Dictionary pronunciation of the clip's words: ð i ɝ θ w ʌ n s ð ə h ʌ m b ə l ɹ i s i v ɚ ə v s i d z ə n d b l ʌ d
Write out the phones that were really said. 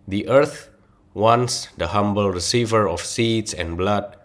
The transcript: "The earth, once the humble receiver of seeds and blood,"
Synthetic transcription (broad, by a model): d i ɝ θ w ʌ n s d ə h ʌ m b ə l ɹ i s i v ɚ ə f s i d s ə n b l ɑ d